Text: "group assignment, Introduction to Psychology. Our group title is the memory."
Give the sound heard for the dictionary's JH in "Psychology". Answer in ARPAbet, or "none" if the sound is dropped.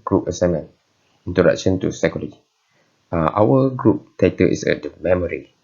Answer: none